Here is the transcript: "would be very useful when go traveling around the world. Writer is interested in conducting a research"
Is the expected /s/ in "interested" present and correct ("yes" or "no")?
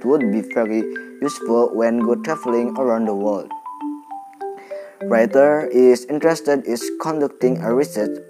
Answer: yes